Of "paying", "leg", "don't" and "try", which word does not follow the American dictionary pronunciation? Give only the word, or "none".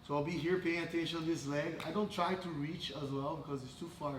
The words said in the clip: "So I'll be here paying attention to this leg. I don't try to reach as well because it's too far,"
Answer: none